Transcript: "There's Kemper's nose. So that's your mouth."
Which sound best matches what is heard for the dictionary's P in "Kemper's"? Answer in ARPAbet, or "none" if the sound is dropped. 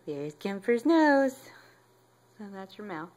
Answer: F